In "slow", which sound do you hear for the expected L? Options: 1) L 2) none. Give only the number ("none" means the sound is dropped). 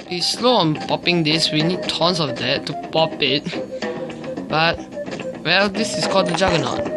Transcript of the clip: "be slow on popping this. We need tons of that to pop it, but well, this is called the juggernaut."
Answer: 1